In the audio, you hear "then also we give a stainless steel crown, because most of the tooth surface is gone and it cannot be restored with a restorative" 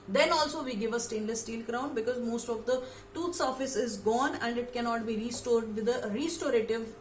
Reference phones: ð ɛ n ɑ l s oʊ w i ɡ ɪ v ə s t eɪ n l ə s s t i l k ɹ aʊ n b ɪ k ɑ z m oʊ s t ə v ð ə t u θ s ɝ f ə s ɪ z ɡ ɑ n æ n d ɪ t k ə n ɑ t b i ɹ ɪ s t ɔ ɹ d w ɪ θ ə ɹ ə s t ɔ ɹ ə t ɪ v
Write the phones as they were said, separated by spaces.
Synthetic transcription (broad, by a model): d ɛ n ɑ l s oʊ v i ɡ ɪ v ə s t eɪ n l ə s s t i l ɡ ɹ aʊ n b ɪ k ɑ z m oʊ s t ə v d ə t u t s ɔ f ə s ɪ z ɡ ɑ n æ n d ɪ t k ə n ɑ t b i ɹ ɪ s t ɔ ɹ d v ɪ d ə ɹ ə s t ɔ ɹ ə t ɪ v